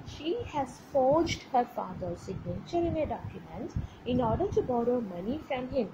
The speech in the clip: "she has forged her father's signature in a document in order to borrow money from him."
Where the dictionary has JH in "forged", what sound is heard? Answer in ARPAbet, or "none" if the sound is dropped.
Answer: JH